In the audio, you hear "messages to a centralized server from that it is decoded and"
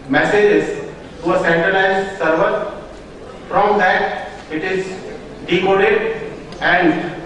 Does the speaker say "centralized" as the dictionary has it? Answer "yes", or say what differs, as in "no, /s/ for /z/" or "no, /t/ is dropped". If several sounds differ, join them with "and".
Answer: no, /n/ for /l/